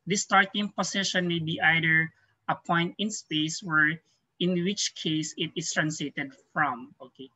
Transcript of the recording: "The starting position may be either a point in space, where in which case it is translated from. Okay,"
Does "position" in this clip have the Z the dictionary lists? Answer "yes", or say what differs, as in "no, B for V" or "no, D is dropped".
no, S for Z